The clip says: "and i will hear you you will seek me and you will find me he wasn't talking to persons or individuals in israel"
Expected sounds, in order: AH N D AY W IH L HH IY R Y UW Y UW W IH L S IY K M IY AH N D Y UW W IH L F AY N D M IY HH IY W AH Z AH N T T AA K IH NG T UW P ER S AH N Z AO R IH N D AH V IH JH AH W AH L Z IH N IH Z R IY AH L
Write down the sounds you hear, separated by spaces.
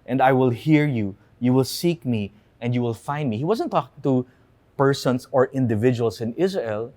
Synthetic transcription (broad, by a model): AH N D AY W IH L HH IY R Y UW Y UW W IH L S IY K M IY AH N D Y UW W IH L F AY N D M IY HH IY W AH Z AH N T T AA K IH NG T UW P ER S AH N S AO R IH N D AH V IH JH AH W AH L S IH N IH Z R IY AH L